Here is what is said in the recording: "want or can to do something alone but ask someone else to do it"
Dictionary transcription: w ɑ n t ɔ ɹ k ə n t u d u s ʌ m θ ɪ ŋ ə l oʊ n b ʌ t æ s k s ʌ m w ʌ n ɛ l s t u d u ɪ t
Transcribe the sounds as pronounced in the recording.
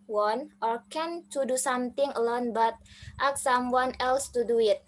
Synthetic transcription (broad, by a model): w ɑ n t ɔ ɹ k ə n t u d u s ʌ m t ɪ ŋ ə l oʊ n b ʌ t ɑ k s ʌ m w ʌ n ɛ l s t u d u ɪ t